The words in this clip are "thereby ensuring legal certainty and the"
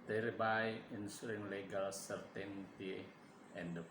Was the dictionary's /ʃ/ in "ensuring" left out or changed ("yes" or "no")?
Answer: yes